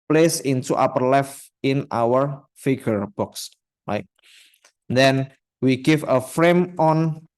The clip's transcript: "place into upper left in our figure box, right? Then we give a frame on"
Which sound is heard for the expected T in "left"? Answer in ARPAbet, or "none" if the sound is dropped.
none